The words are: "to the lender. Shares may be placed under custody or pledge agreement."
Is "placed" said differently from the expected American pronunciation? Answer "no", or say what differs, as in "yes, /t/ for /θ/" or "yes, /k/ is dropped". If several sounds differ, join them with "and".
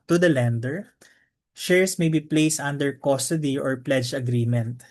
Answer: no